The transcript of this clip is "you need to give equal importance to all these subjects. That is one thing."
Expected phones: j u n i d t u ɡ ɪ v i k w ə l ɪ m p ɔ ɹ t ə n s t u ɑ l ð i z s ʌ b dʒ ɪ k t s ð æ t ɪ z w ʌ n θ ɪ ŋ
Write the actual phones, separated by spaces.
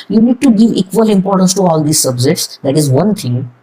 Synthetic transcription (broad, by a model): j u n i d t u ɡ ɪ v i k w ə l ɪ m p ɔ ɹ t ə n s t u ɑ l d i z s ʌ b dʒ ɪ t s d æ t ɪ z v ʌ n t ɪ ŋ